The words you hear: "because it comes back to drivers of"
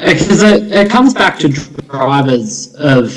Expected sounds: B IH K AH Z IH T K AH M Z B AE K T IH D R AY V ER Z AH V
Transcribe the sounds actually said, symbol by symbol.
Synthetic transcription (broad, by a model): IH K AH Z IH T K AH M Z B AE K T IH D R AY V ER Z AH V